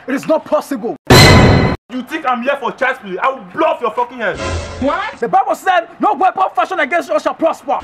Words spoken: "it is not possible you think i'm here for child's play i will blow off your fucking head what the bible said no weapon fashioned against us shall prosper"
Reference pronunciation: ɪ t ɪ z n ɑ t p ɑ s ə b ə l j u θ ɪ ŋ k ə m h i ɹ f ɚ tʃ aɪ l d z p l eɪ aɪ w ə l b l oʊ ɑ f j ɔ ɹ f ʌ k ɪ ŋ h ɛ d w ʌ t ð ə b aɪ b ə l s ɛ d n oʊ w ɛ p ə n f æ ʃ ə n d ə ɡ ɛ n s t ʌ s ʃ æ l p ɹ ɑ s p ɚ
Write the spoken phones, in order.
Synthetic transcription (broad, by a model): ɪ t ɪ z n ɑ t p ɑ s ə b ə l j u t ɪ k ə m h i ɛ f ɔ tʃ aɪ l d s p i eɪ aɪ w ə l b l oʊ ɑ f j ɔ f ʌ k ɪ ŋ h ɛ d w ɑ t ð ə b aɪ b ə l s ɛ d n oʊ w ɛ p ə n f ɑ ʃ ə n ə ɡ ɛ n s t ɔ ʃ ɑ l p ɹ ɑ s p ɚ